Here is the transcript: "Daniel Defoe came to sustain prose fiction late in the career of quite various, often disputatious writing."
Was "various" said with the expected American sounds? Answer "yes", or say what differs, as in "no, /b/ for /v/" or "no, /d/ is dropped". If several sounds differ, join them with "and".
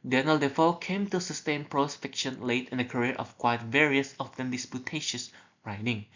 yes